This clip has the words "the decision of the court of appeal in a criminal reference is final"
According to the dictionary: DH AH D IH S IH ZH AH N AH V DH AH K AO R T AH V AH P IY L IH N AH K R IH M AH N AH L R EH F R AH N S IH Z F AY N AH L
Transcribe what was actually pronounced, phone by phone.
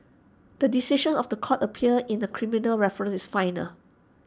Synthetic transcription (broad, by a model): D AH D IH S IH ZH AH N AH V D AH K AO T AH P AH AH IH N AH K R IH M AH N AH L R EH F R AH N S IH S F AY N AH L